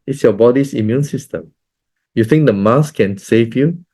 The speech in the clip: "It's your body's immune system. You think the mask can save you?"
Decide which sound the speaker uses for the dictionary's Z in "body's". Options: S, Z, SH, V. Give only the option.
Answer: S